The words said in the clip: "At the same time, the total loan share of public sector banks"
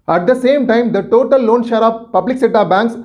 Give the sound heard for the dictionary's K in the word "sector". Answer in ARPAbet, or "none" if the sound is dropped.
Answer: none